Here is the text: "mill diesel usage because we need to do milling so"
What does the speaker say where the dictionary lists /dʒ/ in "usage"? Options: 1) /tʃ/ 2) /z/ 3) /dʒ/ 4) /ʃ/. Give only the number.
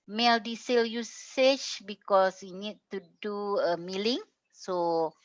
1